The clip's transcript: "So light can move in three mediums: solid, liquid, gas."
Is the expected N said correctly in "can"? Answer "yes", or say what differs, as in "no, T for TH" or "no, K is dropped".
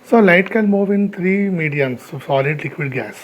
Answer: no, L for N